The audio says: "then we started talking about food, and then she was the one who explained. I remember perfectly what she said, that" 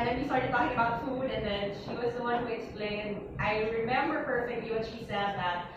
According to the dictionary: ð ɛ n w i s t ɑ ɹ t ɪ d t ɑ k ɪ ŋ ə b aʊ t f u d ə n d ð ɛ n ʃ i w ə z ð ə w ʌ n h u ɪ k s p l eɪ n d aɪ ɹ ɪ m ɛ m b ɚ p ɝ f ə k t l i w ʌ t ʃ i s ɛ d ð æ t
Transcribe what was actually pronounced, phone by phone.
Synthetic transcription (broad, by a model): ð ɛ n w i s t ɑ ɹ t ɪ d t ɑ k ɪ ŋ ə b aʊ t f u d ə n ð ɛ n ʃ i w ə z ð ə w ʌ n h u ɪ k s p l eɪ n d aɪ ɹ ɪ m ɛ m b ɚ p ɝ f ə k t l i w ʌ t ʃ i s ɛ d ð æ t